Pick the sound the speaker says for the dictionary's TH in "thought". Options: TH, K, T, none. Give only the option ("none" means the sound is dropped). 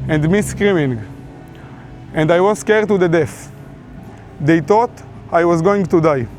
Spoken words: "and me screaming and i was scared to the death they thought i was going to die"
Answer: T